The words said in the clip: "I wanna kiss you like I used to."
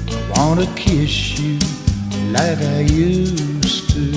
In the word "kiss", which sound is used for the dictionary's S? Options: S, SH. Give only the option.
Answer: SH